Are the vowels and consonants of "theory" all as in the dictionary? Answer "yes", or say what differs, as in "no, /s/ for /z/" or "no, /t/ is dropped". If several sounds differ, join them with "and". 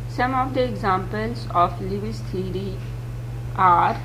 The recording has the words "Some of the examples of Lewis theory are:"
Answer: no, /t/ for /θ/